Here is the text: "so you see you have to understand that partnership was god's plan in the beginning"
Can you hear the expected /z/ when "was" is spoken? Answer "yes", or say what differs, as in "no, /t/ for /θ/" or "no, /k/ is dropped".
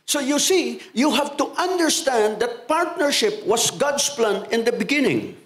no, /s/ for /z/